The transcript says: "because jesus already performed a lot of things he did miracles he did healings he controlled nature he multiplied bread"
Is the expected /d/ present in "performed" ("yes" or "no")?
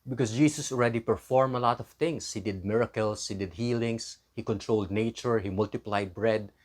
no